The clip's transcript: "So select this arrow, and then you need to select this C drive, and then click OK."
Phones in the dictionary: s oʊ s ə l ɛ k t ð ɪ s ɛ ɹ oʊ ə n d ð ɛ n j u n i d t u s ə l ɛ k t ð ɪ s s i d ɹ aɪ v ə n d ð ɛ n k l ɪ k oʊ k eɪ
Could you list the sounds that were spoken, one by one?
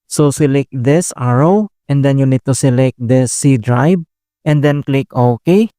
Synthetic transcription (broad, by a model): s oʊ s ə l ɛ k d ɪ s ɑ ɹ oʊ ə n d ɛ n j u n i d t u s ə l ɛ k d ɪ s s i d ɹ aɪ b ə n d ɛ n k l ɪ k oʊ k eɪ